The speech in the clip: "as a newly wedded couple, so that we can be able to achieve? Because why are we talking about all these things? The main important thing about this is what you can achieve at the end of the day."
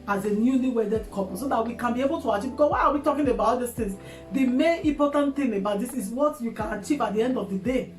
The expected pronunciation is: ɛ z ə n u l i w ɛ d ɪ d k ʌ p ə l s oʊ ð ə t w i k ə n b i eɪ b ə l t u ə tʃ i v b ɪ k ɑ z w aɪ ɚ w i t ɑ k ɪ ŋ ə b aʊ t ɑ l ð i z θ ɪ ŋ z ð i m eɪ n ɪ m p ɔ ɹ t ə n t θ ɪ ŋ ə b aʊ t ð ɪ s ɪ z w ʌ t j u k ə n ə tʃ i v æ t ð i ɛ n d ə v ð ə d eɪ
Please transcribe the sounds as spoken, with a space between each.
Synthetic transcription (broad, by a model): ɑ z ə n u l i w ɛ d ɪ d k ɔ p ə s oʊ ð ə t w i k ə n b i eɪ b ə l t u ə tʃ i v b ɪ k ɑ w aɪ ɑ w i t ɑ k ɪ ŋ ə b aʊ t ɑ l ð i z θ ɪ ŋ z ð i m eɪ n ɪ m p ɔ t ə n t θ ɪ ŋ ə b aʊ t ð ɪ s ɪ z w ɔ t j u k ə n ə tʃ i v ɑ t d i ɛ n d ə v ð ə d eɪ